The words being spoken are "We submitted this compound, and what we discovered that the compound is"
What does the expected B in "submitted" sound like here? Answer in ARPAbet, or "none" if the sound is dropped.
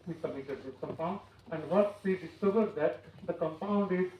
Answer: none